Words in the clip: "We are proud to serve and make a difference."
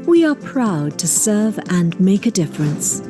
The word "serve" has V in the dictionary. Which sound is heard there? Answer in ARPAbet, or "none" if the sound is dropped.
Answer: V